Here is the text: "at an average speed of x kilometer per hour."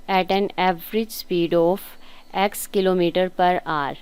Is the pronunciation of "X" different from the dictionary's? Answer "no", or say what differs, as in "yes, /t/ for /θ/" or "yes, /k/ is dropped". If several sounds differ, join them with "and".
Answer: no